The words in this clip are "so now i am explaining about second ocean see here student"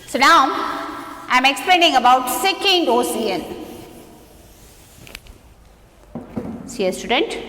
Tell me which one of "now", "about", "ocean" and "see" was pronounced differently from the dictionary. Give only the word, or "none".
ocean